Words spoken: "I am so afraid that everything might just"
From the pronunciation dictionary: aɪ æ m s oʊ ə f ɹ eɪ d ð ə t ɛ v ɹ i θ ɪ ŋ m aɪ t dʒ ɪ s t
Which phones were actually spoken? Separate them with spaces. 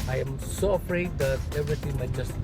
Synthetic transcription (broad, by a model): aɪ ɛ m s oʊ ə f ɹ eɪ d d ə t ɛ v ɹ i t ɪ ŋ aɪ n dʒ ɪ s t